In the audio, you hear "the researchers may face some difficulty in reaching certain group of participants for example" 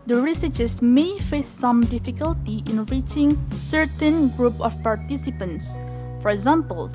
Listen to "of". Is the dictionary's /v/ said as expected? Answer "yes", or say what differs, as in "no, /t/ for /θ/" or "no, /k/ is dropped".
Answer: no, /f/ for /v/